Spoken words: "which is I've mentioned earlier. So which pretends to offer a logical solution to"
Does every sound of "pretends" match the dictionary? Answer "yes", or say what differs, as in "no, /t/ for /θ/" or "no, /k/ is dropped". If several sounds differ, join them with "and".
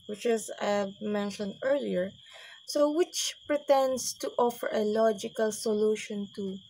no, /s/ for /z/